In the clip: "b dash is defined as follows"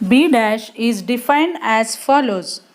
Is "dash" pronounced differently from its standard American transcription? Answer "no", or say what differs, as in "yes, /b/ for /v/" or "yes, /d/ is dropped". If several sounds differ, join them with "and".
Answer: no